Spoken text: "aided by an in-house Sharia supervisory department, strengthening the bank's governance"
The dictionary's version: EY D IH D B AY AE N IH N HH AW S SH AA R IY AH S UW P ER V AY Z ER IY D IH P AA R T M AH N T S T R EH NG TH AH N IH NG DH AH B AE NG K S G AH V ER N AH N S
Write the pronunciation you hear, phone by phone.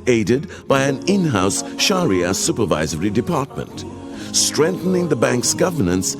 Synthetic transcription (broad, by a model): EY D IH D B AY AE N IH N HH AW S SH AA R IY AH S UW P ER V AY Z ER IY D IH P AA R T M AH N T S T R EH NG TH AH N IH NG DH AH B AE NG K S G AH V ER N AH N S